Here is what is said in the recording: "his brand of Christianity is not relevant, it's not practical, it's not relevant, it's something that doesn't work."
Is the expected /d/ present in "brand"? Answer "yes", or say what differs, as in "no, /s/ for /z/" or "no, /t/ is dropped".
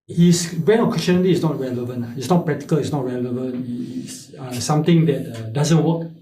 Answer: no, /d/ is dropped